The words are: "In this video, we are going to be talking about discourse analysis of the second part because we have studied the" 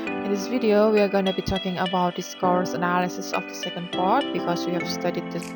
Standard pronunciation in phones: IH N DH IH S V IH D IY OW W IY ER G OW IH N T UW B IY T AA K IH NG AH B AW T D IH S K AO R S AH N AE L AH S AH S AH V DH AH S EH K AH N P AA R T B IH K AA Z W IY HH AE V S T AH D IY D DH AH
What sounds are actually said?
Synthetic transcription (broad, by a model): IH N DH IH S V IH D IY OW W IY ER G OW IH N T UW B IY T AA K IH NG AH B AW T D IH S K AO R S AH N AE L AH S AH S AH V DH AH S EH K AH N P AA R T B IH K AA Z W IY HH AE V S T AH D IY D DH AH